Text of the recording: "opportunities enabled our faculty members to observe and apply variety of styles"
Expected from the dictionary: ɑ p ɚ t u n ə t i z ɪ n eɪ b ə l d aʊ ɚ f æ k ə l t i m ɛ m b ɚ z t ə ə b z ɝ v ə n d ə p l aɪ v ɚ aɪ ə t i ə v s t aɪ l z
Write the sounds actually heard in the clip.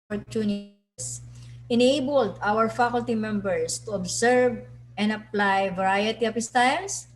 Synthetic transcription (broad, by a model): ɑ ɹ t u n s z ɪ n eɪ b ə l d aʊ ɚ f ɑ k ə l t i m ɛ m b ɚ s t ə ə b s ɝ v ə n ə p l aɪ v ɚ aɪ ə t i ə p s t aɪ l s